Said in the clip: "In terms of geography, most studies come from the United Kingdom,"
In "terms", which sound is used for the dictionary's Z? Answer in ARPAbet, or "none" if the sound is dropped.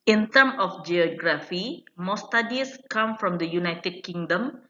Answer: none